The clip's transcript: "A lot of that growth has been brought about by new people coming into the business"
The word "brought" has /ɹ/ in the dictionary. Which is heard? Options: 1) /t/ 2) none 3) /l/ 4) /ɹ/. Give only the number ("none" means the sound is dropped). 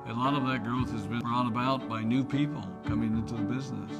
4